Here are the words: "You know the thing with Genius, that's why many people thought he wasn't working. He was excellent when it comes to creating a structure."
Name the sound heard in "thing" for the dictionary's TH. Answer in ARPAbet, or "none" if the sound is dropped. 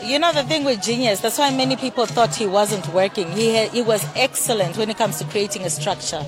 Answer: TH